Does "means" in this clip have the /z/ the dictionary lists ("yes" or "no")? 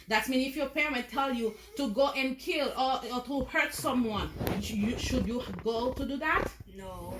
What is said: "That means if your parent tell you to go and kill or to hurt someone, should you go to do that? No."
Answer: no